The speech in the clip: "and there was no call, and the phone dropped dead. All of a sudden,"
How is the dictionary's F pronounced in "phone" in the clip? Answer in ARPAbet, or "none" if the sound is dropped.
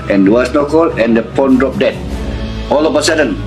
P